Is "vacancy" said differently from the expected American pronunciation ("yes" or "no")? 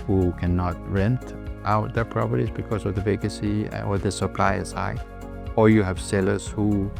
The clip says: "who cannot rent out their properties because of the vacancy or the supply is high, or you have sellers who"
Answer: yes